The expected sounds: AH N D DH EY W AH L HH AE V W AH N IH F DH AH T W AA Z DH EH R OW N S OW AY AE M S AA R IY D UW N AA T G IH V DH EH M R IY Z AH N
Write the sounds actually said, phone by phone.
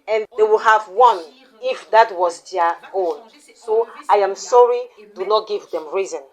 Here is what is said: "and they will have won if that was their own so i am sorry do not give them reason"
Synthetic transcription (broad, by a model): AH N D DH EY W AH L HH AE V W AH N IH F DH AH T W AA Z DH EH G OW L S OW AY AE M S AA R IY D UW N AA T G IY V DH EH M R IY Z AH N